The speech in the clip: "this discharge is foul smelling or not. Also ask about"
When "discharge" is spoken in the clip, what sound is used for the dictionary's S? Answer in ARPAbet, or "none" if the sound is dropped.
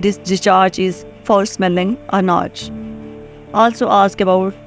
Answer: none